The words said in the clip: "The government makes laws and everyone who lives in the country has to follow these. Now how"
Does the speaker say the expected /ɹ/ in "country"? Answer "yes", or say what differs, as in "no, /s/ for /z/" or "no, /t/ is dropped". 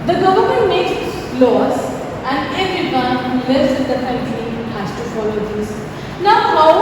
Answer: no, /l/ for /ɹ/